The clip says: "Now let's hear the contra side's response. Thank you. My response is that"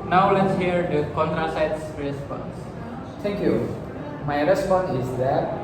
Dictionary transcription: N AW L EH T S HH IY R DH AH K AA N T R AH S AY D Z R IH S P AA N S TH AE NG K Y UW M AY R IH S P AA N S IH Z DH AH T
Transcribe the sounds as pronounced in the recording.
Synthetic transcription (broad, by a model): N AW L EH T S HH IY R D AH K AA N T R AH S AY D S R IH S P AA N S T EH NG K Y UW M AY R IH S P AA N S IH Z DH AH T